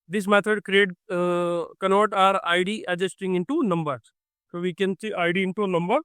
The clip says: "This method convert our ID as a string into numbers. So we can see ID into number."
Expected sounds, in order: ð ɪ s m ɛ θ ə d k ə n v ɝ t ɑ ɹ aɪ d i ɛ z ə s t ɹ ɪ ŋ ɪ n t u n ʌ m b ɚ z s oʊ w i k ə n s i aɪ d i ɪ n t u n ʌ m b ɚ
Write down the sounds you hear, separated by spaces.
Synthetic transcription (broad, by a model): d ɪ s m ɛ t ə d k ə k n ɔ t ɑ ɹ aɪ d i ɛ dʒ ə s t ɪ ŋ ɪ n t u n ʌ m b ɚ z s oʊ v i k ə n s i aɪ d i ɪ n t u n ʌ m b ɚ